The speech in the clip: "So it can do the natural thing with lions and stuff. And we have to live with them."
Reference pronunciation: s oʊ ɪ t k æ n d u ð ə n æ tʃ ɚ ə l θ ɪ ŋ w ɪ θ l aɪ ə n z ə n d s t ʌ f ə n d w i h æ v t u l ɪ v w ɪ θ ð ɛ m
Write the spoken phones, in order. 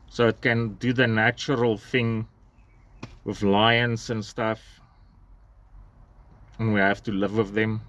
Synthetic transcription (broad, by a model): s oʊ ɪ t k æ n d u ð ə n æ tʃ ɚ ə l θ ɪ ŋ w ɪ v l aɪ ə n s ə n s t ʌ f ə n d w i h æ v t u l ɪ v w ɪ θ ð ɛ m